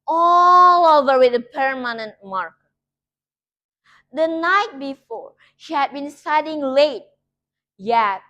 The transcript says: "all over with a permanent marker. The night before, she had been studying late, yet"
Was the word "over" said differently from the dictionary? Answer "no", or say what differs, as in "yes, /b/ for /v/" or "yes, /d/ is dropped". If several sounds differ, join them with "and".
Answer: no